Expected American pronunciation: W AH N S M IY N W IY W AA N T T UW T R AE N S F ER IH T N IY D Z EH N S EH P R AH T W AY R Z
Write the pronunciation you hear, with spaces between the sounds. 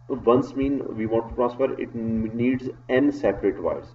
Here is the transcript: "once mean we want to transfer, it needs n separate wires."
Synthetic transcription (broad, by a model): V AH N S M IY N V IY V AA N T T UW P R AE S P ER IH T N IY D Z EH N S EH P R AH T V AY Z